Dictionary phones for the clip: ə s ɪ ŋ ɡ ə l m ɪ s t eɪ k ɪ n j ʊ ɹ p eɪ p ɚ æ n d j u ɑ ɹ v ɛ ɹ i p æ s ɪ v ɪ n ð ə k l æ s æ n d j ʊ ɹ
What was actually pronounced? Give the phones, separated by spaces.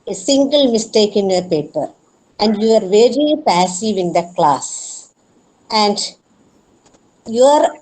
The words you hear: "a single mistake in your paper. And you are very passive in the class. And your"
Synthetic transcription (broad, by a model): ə s ɪ ŋ ɡ ə l m ɪ s t eɪ k ɪ n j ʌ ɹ p eɪ p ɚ æ n d j u ɑ ɹ v ɛ ɹ i p æ s ɪ v ɪ n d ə k l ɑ s æ n d j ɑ ɹ